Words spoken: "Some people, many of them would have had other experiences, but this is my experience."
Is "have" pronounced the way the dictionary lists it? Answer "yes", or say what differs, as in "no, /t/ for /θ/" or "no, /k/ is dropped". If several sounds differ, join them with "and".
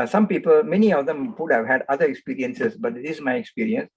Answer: yes